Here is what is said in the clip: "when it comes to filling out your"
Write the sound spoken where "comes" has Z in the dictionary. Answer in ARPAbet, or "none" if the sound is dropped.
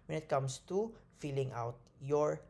S